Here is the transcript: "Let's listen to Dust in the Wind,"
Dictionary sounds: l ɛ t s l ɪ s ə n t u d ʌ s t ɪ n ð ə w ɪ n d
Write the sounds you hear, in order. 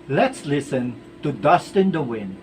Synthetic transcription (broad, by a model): l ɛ t s l ɪ s ə n t u d ʌ s t ɪ n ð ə w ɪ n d